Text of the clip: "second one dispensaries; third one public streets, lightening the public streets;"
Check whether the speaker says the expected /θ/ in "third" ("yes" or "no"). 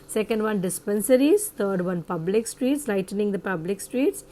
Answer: no